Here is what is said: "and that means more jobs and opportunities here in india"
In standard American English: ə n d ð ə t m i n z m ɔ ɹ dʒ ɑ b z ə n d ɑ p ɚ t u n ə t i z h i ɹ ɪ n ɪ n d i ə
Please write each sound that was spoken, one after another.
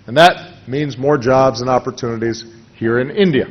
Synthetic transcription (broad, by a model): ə n ð ə t m i n z m ɔ ɹ dʒ ɑ b z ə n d ɑ p ɚ t u n ə t i z h i ɹ ɪ n ɪ n d i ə